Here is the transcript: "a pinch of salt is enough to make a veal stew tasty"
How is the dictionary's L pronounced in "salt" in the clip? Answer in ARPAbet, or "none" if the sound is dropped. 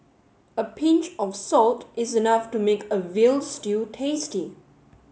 L